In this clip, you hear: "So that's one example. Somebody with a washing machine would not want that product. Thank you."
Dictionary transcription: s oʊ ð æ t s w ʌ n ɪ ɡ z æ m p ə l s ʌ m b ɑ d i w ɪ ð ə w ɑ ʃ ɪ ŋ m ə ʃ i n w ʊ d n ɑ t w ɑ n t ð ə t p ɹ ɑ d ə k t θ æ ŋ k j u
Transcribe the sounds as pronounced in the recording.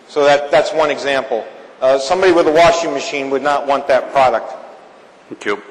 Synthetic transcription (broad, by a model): s oʊ ð æ t s w ʌ n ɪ ɡ z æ m p l s ʌ m b ɑ d i w ɪ ð ə w ɑ ʃ ɪ ŋ m ə ʃ i n w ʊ d n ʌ t w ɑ n ð ə t p ɹ ɑ d ə k t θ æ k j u